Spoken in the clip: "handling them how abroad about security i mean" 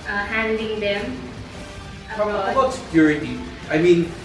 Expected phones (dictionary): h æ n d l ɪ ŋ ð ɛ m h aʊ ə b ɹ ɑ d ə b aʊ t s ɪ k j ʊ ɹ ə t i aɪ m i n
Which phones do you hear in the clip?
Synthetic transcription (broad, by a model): h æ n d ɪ ŋ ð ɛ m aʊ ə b ɑ ə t s ɪ k j ʊ ɹ ə t i aɪ m i n